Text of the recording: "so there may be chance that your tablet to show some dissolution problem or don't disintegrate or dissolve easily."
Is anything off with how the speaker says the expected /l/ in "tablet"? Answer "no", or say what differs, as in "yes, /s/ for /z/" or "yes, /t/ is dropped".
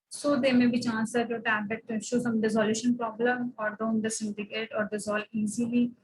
yes, /l/ is dropped